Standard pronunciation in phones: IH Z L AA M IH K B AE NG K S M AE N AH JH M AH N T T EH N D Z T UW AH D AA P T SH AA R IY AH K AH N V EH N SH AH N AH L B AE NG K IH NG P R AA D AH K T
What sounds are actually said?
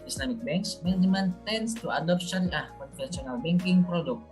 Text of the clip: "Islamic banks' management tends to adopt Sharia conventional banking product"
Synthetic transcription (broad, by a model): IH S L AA M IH K B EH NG K S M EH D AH M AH N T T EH N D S T UW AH D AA P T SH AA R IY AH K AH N F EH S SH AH N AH L B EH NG K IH NG P R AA D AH K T